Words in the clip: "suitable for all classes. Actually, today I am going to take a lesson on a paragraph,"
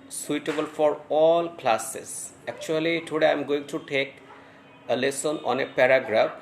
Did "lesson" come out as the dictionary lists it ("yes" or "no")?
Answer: yes